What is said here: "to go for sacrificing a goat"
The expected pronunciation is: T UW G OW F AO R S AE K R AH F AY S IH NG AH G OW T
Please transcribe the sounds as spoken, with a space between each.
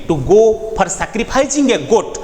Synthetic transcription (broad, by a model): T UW G OW P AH R S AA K R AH P AY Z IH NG AH G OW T